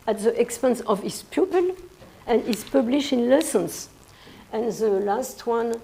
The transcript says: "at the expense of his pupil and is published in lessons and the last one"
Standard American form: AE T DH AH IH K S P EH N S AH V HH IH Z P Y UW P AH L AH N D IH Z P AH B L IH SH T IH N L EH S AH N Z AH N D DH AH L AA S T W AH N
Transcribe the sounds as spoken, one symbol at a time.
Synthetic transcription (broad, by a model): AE T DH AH IH K S P EH N S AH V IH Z P Y UW P AH L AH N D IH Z P AH B L IH SH T IH N L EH S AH N S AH N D DH AH L AA S T W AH N